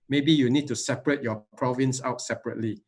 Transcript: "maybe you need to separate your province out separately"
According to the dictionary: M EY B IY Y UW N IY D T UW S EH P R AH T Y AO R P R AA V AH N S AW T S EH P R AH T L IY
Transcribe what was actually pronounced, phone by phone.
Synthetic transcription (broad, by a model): M EY B IY Y UW N IY D T UW S EH P R AH T Y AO P R AA V AH N S AW T S EH P R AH T L IY